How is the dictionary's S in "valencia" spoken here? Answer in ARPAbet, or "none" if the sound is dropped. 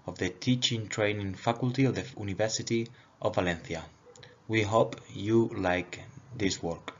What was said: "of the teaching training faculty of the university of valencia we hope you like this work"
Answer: TH